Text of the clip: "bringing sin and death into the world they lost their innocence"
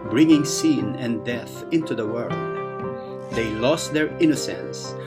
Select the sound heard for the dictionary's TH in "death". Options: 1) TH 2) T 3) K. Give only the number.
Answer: 1